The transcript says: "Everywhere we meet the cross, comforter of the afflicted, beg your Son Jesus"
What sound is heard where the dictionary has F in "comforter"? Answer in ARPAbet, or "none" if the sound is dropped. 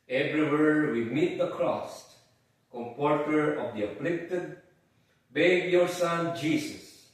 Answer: P